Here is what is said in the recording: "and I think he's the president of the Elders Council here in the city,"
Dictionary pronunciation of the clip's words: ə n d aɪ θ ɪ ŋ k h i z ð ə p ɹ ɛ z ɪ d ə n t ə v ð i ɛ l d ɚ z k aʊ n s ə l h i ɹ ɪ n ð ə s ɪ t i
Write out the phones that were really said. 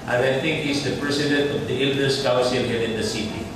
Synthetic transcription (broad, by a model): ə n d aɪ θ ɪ ŋ k h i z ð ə p ɹ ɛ s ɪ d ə n t ə v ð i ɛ l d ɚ s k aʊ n s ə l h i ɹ ɪ n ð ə s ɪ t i